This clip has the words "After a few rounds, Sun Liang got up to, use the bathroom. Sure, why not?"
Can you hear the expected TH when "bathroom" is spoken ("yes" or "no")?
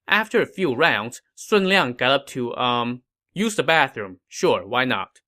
yes